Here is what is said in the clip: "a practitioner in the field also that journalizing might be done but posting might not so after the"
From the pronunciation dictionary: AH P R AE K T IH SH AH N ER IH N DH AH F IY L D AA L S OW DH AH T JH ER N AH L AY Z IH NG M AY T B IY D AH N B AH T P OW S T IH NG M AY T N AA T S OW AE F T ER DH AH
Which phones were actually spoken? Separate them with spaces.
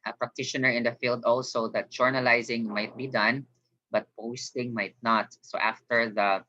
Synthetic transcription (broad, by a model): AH P R AE K T IH SH AH N ER IH N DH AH F IY L D AA L S OW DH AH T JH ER N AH L AY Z IH NG M AY T B IY D AH N B AH T P OW S T IH NG M AY T N AA T S OW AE F T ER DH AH